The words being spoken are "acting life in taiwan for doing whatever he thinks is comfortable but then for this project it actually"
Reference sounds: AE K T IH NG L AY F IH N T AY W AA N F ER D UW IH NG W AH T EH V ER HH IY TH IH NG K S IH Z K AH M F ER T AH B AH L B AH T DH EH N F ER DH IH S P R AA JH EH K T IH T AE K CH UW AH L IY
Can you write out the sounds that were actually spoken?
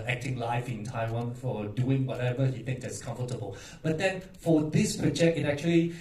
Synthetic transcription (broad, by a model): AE K T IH NG L AY F IH N T AY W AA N F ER D UW IH NG W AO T EH V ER HH IY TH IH NG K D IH S K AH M F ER T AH B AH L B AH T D EH N F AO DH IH S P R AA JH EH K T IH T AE K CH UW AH L IY